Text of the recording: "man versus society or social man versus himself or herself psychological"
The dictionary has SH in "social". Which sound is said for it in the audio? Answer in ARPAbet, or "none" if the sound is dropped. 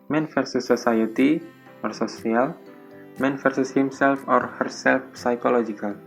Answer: S